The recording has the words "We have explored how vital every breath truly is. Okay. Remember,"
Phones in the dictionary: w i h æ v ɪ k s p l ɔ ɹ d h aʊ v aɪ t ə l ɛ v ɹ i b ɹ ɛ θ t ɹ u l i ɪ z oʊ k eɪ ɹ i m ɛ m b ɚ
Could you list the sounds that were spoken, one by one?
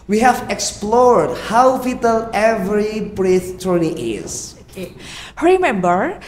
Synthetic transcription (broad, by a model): w i h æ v ɪ k s p l ɔ ɹ d h aʊ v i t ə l ɛ v ɹ i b ɹ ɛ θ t u n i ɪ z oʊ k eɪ ɹ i m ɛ m b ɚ